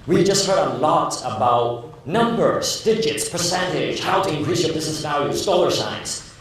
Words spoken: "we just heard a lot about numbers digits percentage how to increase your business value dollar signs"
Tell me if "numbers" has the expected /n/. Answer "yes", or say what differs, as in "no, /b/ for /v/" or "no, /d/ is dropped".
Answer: yes